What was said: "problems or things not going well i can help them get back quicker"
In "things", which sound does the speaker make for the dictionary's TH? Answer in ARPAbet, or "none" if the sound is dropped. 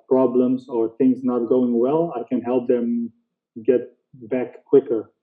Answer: TH